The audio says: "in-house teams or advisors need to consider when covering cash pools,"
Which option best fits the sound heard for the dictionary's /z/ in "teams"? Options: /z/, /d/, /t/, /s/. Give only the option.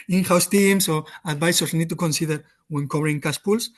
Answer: /s/